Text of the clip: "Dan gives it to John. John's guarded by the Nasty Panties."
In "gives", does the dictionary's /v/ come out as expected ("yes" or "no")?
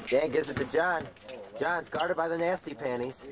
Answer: no